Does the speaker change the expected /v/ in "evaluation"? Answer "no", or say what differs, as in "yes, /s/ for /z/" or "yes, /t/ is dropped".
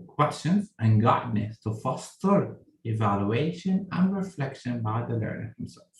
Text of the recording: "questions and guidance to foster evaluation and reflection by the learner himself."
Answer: no